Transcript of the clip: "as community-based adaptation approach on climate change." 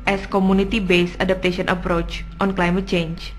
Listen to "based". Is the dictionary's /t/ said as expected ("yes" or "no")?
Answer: no